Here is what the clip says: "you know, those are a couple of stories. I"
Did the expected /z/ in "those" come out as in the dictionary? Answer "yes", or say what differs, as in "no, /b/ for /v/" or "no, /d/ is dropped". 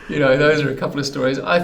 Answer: yes